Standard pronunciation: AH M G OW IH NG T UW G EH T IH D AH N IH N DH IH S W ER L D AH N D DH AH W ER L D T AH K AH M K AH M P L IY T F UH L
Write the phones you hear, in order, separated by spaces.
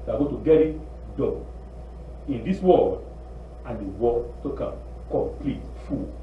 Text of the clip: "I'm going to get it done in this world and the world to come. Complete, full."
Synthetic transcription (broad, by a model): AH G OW T UW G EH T IH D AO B IH N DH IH S W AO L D AH N D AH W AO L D T AH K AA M K AH M P L IY T F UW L